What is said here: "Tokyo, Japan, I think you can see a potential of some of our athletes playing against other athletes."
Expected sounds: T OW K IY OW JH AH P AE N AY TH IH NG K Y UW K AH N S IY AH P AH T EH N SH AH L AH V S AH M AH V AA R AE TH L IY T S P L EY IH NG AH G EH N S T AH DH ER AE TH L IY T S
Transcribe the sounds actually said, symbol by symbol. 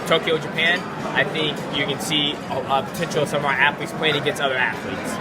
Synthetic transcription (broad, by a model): T OW K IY OW JH AH P AE N AY TH IH NG K Y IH K AH N S IY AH P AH T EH N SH L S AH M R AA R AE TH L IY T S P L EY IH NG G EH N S AH DH ER AE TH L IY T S